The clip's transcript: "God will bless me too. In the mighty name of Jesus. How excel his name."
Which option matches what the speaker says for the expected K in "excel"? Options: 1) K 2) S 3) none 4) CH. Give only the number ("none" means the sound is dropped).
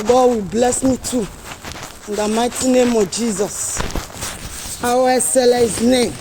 3